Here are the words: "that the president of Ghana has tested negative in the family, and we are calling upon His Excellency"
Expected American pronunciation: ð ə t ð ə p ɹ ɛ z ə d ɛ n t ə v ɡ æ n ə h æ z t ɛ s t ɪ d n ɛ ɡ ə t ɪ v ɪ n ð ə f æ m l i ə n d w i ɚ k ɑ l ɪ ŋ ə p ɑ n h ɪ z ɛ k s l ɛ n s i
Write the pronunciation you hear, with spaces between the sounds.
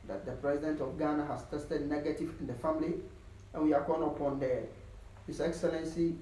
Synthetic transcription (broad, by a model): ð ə t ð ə p ɹ ɛ z ə d ɛ n t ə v ɡ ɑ n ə h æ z t ɛ s t ɪ d n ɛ ɡ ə t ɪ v ɪ n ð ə f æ m l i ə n w i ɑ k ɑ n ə p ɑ n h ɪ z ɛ k s l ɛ n s i